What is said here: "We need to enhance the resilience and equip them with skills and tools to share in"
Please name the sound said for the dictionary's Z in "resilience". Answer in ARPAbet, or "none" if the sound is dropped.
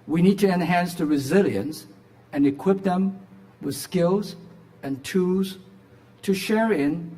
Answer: Z